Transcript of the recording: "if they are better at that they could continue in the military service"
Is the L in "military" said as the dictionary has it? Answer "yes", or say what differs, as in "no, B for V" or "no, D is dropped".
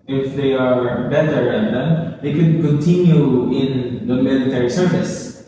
yes